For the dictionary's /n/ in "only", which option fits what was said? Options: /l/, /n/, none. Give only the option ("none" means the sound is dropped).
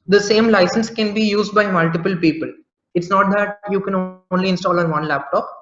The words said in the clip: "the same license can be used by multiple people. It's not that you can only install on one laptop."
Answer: /n/